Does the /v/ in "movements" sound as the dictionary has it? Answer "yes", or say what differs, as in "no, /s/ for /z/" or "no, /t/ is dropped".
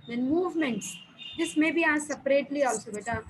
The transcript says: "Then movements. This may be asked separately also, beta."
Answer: yes